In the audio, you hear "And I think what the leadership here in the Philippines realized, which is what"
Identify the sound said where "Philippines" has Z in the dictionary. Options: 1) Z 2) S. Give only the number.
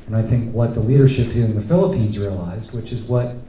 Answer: 1